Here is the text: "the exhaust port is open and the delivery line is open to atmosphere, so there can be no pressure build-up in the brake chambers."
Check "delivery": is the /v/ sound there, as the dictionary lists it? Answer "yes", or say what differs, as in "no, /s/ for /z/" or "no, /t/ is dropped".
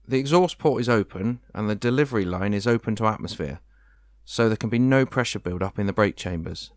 yes